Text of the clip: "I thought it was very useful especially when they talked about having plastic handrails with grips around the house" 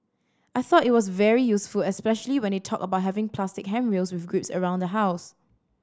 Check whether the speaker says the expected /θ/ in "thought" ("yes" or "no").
yes